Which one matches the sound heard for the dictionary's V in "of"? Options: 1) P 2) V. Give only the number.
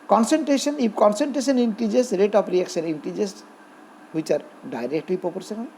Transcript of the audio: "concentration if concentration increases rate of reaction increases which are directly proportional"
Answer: 1